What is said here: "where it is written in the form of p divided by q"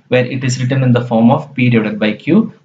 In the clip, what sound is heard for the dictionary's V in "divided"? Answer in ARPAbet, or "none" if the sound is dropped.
none